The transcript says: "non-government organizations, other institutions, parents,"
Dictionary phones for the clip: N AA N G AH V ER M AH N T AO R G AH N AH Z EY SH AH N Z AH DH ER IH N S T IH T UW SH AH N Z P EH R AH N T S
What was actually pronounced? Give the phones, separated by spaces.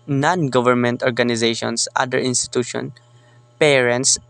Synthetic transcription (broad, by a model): N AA N G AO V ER M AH N T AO R G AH N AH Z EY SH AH N S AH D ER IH N S T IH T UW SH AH N P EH R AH N T S